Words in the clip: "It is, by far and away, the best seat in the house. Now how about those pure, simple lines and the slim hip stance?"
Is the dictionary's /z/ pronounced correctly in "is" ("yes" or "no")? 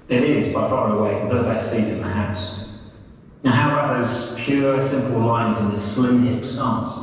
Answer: yes